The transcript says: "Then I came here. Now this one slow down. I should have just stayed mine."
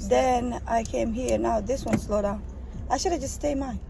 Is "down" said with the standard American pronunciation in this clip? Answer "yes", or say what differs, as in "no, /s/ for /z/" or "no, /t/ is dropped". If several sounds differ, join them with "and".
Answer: no, /n/ is dropped